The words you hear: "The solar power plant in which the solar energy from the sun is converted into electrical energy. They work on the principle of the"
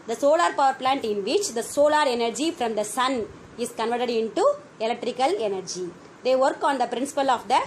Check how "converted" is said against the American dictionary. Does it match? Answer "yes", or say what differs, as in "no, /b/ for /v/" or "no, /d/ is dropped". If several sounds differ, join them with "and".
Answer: yes